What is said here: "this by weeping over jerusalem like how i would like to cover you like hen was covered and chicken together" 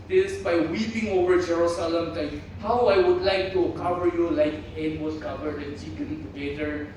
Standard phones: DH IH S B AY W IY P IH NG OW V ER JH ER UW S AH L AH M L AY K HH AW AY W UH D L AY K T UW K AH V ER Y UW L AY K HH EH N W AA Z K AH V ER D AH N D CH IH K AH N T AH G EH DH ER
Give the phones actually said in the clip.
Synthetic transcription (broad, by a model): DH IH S B AY W IY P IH NG OW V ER JH ER UW S AH L AH M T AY HH AW AY W UH D L AY K T UW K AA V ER Y UW L AY K HH EH N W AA S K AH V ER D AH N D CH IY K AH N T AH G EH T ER